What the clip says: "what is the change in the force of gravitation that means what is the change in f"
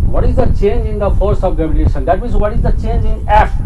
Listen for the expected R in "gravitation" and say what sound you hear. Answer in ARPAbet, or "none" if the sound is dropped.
none